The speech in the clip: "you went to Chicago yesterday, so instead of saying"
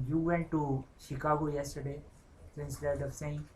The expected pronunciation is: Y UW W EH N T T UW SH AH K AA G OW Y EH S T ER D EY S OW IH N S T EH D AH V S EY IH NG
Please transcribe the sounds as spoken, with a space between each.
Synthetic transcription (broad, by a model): Y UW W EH N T T UW SH AH K AA G OW Y EH S T ER D EY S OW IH S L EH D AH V S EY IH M